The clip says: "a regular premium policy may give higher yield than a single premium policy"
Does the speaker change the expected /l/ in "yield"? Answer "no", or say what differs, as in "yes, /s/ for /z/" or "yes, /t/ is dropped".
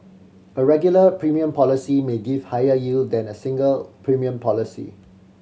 no